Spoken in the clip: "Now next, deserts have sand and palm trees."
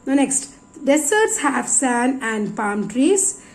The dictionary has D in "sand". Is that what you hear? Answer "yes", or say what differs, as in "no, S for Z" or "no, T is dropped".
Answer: no, D is dropped